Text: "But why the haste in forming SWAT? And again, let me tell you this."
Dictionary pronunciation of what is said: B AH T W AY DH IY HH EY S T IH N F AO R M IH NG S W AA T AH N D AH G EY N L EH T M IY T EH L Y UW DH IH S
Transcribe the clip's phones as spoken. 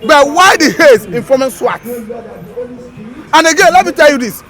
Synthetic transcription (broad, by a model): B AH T W AY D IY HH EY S IH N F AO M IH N S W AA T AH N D AH G EY N L EH T M IY T EH L Y UW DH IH S